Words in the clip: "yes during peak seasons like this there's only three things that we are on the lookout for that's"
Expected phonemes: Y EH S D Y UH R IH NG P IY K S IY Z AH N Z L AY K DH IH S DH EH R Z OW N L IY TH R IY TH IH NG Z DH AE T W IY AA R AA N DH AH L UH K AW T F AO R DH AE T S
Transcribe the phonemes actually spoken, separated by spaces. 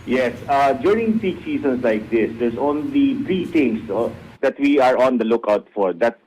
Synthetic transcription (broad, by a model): Y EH S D Y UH R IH NG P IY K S IY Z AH N S L AY K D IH S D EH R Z OW N L IY T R IY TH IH NG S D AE T W IY AA R AA N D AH L UH K AW T F AO R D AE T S